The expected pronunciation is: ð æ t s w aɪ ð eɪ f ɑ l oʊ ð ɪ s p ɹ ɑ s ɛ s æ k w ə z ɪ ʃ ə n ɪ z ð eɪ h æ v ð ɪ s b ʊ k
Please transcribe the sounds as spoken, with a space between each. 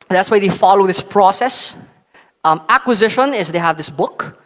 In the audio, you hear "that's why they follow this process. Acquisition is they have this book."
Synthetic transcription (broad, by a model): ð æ t s w aɪ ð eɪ f ɑ l oʊ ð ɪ s p ɹ ɑ s ɛ s æ k w ə z ɪ ʃ ə n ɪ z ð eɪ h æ v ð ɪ s b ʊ k